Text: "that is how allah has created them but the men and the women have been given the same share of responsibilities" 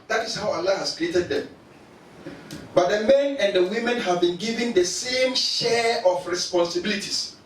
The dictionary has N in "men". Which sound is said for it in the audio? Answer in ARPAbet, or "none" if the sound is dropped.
N